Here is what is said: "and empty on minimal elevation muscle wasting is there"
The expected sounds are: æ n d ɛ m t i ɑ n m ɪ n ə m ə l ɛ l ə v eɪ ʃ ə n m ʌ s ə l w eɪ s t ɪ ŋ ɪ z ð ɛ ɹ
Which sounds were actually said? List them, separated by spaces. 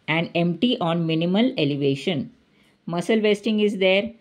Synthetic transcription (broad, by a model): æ n d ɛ m t i ɑ n m ɪ n ə m ə l ɛ l ə v eɪ ʃ ə n m ʌ s ə l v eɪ s t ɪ ŋ ɪ z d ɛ ɹ